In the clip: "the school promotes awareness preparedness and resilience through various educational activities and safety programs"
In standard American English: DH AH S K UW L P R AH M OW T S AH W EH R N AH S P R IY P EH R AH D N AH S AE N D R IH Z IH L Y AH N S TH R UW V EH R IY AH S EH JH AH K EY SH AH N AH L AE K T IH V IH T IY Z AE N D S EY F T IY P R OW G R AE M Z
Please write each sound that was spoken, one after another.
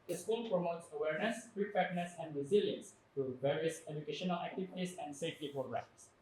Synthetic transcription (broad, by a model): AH S K UW L P R AH M OW T S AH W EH R N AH S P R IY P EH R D N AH S AE N D R IH Z IH L Y AH N S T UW V EH R IY AH S EH JH AH K EY SH AH N AH L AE K T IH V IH T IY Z AE N D S EY F T IY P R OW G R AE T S